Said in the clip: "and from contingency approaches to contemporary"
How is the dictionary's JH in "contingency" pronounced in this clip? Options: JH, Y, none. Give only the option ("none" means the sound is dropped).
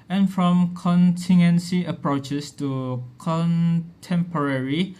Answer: none